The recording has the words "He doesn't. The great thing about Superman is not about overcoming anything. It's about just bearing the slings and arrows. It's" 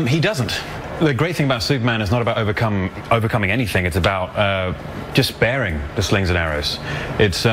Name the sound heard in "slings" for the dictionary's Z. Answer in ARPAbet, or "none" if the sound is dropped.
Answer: Z